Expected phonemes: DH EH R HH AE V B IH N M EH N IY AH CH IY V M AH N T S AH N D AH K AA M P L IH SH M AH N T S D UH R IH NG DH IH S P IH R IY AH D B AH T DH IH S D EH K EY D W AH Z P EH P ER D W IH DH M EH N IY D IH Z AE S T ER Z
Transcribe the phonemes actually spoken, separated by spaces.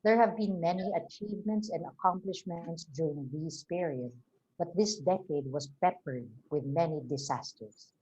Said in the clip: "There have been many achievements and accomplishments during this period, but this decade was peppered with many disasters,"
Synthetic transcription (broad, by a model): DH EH R HH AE V B IH N M EH N IY AH CH IY V M AH N T S AH N D AH K AA M P L IH SH M AH N T S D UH R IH NG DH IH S P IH R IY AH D B AH T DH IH S D EH K EY D W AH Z P EH P ER D W IH DH M EH N IY D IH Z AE S T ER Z